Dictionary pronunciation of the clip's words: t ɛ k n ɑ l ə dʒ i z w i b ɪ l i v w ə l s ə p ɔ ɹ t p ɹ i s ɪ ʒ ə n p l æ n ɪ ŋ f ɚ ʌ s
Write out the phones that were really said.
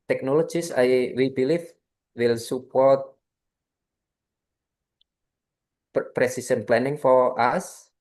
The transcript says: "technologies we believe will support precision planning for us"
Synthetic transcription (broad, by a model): t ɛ k n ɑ l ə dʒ i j w i b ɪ l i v w ə l s ə p ɔ ɹ t p ɹ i s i s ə n p l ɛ n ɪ ŋ f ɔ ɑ s